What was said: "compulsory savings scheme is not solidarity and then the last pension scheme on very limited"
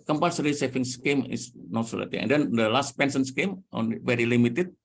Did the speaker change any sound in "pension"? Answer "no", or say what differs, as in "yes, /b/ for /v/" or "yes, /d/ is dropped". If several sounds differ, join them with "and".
yes, /s/ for /ʃ/